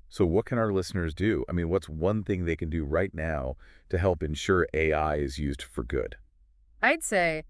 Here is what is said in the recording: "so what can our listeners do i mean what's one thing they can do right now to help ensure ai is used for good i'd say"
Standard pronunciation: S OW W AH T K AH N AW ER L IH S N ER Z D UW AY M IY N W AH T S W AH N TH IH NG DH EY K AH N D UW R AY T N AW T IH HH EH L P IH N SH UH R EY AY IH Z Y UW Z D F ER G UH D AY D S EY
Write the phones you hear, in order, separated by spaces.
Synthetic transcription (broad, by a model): S OW W AH T K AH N AW ER L IH S N ER Z D UW AY M IY N W AH T S W AH N TH IH NG DH EY K AH N D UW R AY T N AW T IH HH EH L P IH N SH UH R EY AY IH Z Y UW Z D F ER G UH D AY D S EY